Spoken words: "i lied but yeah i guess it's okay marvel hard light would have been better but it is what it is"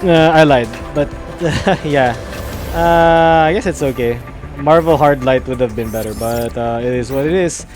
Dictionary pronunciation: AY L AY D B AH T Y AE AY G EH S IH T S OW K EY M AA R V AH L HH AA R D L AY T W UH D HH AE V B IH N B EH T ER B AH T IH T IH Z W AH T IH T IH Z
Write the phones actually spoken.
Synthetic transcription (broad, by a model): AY L AY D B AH T Y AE AY G EH S IH T S OW K EY M AA R V AH L HH AA R D L AY T W UH D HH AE V B IH N B EH T ER B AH T IH T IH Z W AH T IH T IH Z